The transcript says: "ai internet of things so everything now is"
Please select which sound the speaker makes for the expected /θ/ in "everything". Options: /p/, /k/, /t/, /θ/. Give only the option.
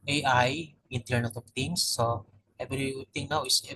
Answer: /t/